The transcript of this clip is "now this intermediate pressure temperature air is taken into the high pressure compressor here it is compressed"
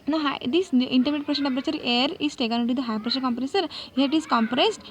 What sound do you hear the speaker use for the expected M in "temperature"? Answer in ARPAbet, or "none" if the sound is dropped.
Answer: none